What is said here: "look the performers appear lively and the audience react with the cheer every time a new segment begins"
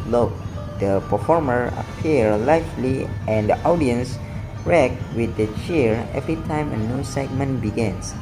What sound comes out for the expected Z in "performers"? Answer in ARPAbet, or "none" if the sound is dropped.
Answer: none